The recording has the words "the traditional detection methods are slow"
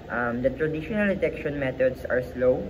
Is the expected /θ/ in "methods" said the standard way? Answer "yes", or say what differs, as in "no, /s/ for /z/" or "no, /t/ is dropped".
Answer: no, /t/ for /θ/